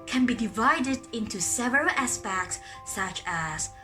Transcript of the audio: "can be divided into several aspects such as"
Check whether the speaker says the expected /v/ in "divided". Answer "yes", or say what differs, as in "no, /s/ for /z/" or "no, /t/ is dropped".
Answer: yes